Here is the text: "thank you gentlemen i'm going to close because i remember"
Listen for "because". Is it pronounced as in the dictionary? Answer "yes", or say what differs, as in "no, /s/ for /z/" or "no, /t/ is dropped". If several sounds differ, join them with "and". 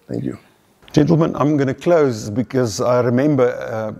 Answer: yes